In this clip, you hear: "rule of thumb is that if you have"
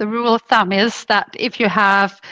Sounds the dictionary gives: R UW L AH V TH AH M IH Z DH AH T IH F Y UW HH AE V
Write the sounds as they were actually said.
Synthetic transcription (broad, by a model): R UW L TH AH M IH Z DH AH T IH F Y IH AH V